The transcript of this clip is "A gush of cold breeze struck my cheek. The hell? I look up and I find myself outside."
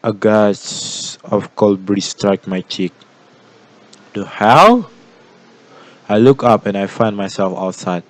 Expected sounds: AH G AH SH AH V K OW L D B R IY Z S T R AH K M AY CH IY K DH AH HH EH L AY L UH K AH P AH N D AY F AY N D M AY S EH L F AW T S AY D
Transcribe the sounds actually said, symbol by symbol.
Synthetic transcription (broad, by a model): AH G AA S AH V K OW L B R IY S T R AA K M AY CH IY K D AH HH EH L AY L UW K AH P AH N AY F AY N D M AY S EH L F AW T S AY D